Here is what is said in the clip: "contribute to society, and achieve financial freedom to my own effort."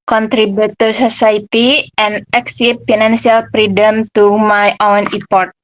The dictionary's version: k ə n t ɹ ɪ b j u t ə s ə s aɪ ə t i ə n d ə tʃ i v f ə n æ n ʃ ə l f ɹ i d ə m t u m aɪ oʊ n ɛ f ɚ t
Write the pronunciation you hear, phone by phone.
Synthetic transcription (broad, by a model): k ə n t ɹ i b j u t ə s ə s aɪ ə t i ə n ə s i p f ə n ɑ n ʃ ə l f ɹ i d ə m t u m aɪ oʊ n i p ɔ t